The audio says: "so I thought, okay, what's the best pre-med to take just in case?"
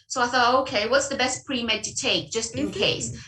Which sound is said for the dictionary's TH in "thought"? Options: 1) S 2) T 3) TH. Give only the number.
3